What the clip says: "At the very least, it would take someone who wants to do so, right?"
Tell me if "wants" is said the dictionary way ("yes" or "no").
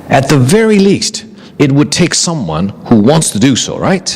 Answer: yes